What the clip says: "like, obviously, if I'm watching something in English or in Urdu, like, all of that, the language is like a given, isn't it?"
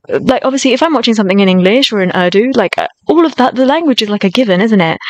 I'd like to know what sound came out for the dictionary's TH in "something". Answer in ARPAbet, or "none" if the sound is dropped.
TH